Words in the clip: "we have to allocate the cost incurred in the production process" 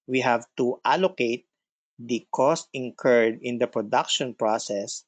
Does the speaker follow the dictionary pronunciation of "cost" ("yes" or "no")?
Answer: yes